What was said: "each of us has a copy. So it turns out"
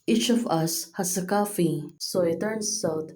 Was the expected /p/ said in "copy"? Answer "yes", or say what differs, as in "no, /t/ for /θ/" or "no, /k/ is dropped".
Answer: no, /f/ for /p/